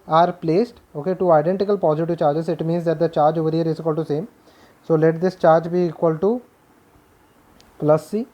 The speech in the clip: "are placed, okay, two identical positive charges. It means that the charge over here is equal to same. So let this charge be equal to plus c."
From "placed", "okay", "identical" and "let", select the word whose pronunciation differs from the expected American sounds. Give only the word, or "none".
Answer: none